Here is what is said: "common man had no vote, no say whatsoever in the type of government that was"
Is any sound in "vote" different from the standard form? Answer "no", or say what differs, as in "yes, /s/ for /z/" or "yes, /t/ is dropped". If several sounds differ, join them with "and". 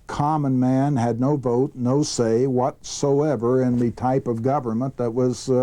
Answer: no